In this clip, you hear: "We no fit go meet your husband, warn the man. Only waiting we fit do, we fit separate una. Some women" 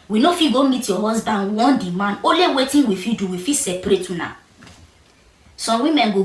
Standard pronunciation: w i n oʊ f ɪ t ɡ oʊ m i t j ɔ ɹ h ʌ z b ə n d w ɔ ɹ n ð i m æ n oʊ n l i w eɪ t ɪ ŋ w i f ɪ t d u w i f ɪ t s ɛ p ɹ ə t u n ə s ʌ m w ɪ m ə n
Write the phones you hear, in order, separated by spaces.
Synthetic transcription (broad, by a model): w i n oʊ f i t ɡ oʊ m i t j ɔ h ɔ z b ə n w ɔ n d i m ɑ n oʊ l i w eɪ t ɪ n w i f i d u w i f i s ɛ p ɹ ə t u n ə s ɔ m w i m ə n